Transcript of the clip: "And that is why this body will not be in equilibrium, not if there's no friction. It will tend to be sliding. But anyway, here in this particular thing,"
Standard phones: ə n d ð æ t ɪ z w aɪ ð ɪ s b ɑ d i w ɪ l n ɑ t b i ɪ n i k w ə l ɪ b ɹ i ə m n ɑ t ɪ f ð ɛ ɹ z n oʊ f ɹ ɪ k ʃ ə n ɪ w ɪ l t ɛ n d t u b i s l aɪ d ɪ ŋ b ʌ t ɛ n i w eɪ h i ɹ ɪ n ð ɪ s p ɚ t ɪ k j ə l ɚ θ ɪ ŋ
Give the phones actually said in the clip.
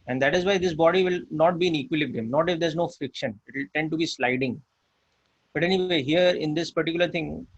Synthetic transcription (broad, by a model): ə n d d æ t ɪ z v aɪ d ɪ s b ɑ d i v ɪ l n ɑ t b i ɪ n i k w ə l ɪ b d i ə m n ɑ t ɪ f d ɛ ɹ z n oʊ f ɹ ɪ k ʃ ə n ɪ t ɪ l t ɛ n d t u b i s l aɪ d ɪ ŋ b ʌ t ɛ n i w eɪ h i ɹ ɪ n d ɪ s p ɚ t ɪ k j ə l ɚ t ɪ ŋ